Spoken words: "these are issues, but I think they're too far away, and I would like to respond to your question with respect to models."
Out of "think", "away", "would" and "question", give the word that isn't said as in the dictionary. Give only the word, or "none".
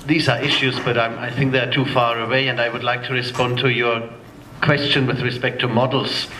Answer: none